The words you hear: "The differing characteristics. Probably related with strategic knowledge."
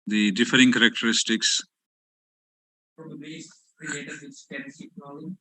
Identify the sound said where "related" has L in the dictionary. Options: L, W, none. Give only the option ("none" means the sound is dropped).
none